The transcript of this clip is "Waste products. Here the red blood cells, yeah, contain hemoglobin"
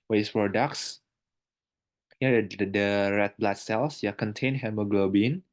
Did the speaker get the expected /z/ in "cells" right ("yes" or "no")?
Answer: no